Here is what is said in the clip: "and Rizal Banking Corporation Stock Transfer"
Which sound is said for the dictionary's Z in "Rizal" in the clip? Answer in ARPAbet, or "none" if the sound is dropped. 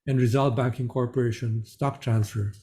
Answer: Z